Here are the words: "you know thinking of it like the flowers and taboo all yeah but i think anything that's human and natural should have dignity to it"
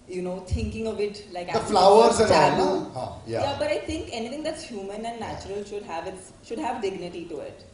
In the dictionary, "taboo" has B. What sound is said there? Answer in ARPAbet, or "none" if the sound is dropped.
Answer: none